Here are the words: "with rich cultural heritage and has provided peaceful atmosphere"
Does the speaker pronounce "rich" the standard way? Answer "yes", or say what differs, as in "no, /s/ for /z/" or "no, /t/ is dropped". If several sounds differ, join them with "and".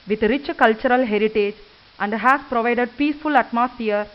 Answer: yes